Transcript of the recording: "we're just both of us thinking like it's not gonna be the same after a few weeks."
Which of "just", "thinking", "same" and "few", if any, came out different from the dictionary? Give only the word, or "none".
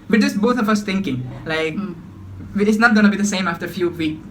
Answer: thinking